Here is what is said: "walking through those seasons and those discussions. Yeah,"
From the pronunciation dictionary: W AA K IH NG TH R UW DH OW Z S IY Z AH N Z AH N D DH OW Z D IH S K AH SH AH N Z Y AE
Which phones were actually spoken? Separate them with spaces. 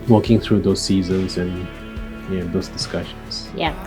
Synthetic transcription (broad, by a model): W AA K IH NG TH R UW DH OW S IY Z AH N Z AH N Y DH OW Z D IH S K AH SH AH N S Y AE